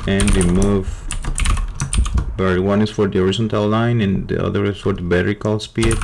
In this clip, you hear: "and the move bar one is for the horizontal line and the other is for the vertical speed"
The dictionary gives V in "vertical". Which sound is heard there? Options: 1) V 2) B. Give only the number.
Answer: 2